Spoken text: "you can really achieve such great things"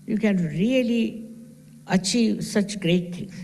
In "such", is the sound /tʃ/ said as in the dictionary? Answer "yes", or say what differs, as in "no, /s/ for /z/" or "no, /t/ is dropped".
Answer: yes